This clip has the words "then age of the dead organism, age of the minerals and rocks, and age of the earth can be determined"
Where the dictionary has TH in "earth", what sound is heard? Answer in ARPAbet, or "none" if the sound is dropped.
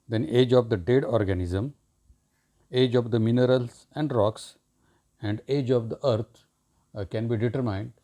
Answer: T